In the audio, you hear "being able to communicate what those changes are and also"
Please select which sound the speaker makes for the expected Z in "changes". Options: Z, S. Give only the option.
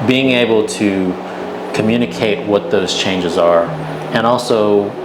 Z